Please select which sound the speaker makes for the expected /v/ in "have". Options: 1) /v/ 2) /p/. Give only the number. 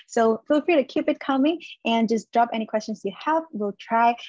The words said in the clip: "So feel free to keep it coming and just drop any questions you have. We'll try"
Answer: 2